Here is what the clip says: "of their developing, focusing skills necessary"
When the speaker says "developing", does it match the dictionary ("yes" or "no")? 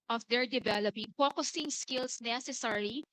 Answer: yes